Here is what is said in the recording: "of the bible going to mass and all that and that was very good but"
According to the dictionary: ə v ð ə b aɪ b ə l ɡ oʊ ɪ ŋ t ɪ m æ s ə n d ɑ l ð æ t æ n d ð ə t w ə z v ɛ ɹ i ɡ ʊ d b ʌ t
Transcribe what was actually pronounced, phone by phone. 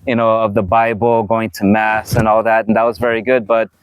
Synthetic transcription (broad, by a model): ə v ð ə b aɪ b l ɡ oʊ ɪ ŋ t ɪ m æ s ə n ɑ l ð æ t n ð ə t w ə z v ɛ ɹ i ɡ ʊ d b ʌ t